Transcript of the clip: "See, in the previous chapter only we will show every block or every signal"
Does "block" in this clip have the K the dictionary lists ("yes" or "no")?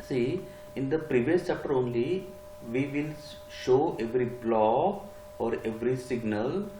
no